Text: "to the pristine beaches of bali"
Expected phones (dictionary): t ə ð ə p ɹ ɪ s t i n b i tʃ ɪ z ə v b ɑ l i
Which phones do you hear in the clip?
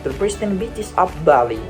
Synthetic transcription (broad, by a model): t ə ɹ p ɹ ɪ s t i n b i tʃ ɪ s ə p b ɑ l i